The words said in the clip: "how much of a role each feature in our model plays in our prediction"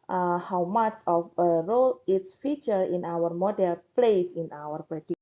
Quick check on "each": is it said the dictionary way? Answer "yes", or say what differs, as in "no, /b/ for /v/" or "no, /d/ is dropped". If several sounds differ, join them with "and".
no, /s/ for /tʃ/